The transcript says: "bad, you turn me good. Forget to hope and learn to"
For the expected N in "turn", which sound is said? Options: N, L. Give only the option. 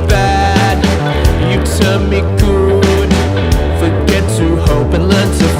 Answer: L